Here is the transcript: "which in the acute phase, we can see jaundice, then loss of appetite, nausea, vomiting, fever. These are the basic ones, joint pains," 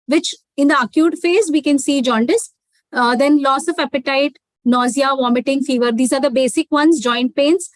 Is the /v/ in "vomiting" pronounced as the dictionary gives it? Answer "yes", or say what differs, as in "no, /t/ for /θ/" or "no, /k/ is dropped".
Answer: yes